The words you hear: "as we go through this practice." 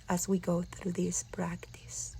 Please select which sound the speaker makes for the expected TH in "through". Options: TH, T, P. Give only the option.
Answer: TH